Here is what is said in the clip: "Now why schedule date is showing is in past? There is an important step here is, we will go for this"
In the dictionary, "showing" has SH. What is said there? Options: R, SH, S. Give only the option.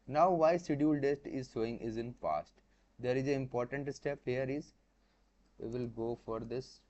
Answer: S